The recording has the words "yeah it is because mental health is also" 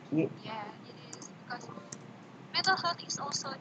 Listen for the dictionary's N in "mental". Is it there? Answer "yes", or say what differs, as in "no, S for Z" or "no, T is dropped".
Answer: no, N is dropped